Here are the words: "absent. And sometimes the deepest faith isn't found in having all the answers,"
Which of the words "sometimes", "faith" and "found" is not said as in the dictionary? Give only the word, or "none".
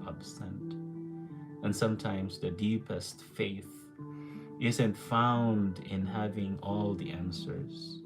none